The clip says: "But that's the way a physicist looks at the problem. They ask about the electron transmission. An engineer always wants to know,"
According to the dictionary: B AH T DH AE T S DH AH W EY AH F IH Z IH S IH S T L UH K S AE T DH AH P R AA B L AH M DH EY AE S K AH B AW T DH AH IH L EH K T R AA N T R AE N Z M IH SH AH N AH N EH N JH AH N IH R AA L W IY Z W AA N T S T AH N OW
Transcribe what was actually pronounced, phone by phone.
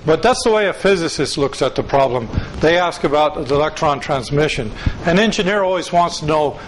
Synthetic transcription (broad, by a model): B AH T DH AE T S DH AH W EY AH F IH Z IH S IH S T L UH K S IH T DH AH P R AA B L AH M DH EY AE S K AH B AW T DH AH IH L EH K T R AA N T R AE N Z M IH SH AH N AH N EH N JH AH N IH R AA L W IY Z W AA N T S T AH N OW